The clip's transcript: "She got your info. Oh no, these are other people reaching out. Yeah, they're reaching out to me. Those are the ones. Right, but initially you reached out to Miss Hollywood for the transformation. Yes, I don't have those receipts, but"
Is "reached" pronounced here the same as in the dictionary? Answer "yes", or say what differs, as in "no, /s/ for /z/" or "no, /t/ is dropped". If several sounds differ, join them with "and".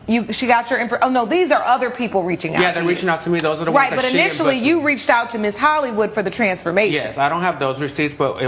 yes